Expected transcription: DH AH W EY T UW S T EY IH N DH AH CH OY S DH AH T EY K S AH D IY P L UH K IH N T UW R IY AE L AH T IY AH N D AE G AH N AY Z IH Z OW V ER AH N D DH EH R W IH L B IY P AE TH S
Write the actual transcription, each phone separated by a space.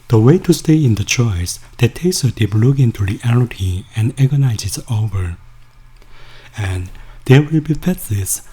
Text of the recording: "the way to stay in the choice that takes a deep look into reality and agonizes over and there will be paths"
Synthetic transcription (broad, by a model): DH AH W EY T UW S T EY IH N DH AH CH OY S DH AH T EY S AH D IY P L UH K IH N T UW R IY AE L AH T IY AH N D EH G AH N AY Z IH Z OW V ER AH N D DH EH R W IH L B IY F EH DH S